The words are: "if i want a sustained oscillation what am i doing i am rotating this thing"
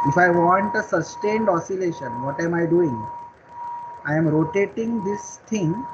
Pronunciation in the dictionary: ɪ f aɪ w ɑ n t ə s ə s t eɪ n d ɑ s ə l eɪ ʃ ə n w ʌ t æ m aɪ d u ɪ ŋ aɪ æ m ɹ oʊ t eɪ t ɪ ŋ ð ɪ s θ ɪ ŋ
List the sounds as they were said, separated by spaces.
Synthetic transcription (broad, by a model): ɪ f aɪ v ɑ n t ə s ə s t eɪ n d ɑ s ə l eɪ ʃ ə n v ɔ t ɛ m aɪ d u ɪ ŋ aɪ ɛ m ɹ oʊ t eɪ t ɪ ŋ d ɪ s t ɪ ŋ